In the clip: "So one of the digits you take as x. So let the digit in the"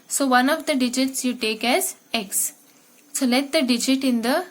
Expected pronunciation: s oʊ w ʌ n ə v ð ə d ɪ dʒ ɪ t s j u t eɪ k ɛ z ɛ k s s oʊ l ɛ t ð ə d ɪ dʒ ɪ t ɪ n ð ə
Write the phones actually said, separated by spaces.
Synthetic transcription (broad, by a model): s oʊ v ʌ n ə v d ə d ɪ dʒ ɪ t s j u t eɪ k ɛ z ɛ k s s oʊ l ɛ t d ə d ɪ dʒ ɪ t ɪ n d ə